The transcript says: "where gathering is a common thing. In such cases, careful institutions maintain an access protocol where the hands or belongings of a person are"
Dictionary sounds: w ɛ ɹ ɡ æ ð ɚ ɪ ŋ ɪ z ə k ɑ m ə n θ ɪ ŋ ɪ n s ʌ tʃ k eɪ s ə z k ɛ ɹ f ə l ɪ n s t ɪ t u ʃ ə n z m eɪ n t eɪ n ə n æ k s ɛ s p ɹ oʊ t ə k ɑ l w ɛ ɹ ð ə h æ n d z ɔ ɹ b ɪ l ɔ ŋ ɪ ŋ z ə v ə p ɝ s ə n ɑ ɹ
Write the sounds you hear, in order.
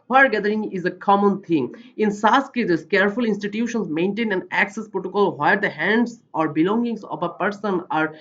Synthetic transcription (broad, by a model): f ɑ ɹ ɡ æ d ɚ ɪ ŋ ɪ z ə k ɑ m ə n t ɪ ŋ ɪ n s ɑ s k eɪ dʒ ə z k ɛ ɹ f ə l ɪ n s t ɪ t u ʃ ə n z m eɪ n t eɪ n ə n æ k s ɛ s p ɹ oʊ t ə k ɑ l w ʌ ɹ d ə h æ n d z ɔ ɹ b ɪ l ɔ ŋ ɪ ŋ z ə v ə p ɝ s ə n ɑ ɹ